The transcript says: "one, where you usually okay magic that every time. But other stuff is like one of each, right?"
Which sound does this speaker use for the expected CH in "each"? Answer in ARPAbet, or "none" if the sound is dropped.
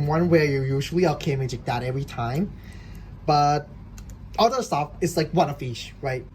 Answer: SH